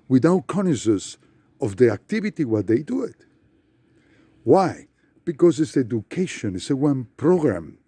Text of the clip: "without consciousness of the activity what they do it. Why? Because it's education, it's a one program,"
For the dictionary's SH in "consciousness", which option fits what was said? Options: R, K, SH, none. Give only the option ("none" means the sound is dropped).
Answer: none